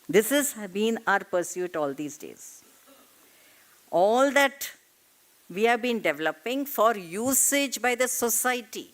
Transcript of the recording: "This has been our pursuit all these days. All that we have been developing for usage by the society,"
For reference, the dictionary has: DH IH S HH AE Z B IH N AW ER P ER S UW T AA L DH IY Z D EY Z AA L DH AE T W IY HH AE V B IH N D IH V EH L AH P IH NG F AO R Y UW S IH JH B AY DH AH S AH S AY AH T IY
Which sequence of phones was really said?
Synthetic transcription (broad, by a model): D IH S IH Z B IH N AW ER P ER S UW T AA L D IY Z D EY Z AA L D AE T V IY HH AE V B IH N D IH V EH L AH P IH NG F AO R Y UW S IH JH B AY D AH S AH S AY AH T IY